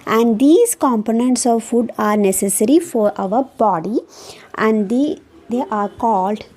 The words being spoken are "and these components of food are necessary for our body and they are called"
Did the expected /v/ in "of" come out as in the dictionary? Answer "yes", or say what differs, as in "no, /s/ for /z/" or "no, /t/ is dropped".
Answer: yes